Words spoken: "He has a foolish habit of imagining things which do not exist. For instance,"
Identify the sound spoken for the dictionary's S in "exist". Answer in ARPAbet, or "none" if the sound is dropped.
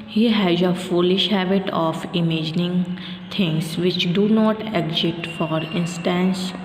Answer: none